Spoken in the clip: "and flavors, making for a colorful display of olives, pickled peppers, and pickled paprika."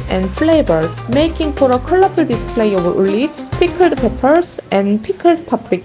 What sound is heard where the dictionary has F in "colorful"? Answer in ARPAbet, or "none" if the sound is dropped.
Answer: P